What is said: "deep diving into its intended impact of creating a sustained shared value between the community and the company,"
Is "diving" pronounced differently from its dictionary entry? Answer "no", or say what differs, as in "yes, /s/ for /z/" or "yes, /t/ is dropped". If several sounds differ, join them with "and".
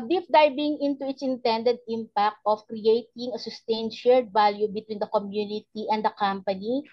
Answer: yes, /b/ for /v/